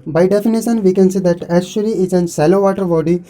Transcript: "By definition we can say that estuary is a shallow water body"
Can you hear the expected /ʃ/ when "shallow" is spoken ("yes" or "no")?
no